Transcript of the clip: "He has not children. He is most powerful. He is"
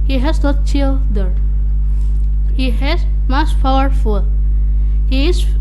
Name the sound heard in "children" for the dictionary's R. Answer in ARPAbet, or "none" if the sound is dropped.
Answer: none